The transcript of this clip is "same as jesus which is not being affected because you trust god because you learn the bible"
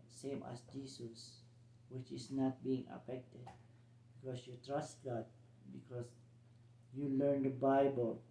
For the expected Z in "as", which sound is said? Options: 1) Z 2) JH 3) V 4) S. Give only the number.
4